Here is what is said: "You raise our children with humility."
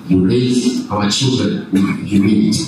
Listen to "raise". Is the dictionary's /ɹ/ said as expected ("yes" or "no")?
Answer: no